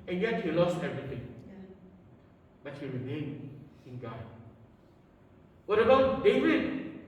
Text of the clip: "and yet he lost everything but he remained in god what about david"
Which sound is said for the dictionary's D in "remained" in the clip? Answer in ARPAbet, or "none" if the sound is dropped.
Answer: none